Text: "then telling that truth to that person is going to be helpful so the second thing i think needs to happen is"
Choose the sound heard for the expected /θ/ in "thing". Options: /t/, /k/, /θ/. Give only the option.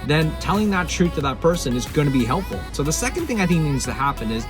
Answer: /θ/